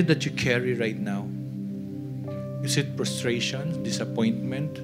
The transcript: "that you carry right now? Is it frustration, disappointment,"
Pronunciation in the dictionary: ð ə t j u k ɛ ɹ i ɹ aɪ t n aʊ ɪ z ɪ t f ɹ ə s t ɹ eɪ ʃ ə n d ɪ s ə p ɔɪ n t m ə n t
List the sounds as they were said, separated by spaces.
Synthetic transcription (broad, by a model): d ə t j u k ɛ ɹ i ɹ aɪ t n aʊ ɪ s ɪ t p ɹ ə s t ɹ eɪ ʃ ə n d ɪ s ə p ɔɪ n t m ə n t